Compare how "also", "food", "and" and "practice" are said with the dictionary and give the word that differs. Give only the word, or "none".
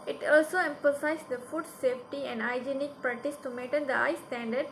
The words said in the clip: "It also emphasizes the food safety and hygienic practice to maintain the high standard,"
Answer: practice